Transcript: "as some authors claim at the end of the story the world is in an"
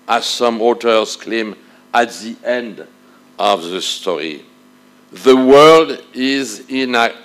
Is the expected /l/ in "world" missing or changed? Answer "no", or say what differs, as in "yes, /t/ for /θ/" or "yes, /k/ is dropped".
no